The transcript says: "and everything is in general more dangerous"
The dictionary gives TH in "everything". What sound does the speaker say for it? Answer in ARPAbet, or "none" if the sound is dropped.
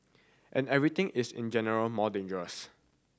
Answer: T